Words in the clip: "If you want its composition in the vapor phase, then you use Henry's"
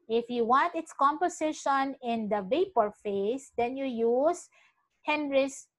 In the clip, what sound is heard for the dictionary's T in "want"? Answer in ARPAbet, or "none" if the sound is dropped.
T